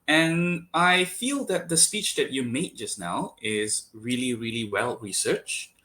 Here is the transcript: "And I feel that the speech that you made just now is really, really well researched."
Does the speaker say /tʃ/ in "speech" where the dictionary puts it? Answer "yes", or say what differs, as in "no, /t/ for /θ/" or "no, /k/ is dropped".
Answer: yes